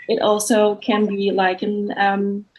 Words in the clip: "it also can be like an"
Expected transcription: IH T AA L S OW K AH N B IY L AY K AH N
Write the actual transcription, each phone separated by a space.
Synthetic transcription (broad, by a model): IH T AA L S OW K AH N B IY L AY K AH N